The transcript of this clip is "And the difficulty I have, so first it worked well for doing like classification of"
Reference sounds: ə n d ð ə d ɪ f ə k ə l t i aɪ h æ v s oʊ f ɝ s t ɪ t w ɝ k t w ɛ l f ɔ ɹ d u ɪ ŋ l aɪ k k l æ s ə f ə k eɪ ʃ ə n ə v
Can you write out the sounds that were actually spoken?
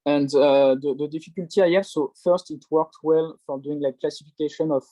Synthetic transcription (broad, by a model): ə n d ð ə d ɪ f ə k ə l t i aɪ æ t s oʊ f ɝ s t ɪ t w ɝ k t w ɛ l f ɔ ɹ d u ɪ ŋ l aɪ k k l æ s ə f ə k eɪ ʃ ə n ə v